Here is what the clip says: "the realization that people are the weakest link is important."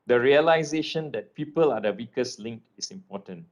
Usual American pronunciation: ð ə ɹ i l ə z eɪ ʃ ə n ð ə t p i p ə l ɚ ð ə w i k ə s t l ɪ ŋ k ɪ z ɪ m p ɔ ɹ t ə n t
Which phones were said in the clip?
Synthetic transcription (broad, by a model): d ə ɹ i l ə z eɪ ʃ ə n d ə t p i p ə l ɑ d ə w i k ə s l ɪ ŋ k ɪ s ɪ m p ɔ t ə n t